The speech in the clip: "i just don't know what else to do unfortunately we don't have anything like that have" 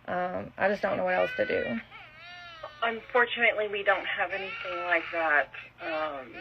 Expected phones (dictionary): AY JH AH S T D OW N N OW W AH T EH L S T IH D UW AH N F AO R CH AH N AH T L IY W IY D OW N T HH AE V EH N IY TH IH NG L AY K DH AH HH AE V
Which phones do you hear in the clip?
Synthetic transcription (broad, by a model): AY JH AH S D OW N N OW W AH T EH L S T IH D UW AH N F AO R CH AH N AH T L IY W IY D OW N T HH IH V EH N IY TH IH NG L AY K DH AH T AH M